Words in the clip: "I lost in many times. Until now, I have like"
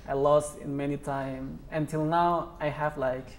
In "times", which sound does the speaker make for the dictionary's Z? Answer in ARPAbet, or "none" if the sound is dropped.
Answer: none